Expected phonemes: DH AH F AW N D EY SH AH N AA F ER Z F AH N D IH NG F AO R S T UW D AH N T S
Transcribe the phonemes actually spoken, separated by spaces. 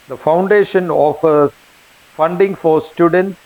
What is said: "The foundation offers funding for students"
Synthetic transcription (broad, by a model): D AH F AW N D EY SH AH N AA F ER F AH N D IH NG F AO R S T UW D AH N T S